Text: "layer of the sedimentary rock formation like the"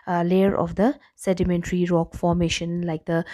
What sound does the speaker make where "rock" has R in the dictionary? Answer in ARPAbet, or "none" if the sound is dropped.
R